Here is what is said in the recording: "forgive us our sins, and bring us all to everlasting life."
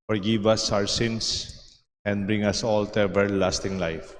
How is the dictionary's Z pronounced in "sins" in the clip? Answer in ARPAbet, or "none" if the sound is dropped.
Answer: S